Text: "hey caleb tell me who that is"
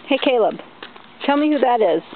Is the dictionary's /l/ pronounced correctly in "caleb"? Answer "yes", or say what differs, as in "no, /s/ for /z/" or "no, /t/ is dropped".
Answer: yes